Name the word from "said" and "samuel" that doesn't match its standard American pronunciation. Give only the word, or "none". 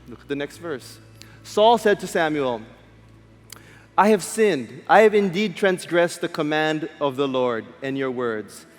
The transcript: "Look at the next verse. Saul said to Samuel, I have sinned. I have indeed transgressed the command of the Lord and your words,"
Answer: none